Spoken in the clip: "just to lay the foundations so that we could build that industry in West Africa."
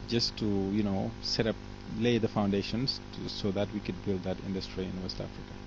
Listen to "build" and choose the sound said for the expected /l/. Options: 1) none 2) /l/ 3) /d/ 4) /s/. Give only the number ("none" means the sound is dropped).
2